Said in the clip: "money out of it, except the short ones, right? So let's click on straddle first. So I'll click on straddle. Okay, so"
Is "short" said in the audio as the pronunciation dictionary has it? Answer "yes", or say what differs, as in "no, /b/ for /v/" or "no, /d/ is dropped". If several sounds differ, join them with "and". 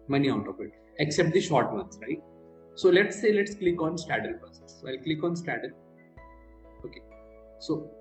yes